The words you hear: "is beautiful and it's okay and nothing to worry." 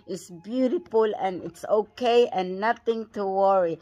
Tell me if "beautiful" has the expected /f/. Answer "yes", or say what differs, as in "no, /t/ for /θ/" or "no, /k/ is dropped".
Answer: yes